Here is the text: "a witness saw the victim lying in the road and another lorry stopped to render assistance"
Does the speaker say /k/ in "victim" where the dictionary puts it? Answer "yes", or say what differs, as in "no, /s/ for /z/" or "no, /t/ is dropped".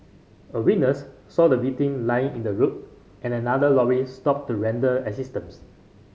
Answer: no, /k/ is dropped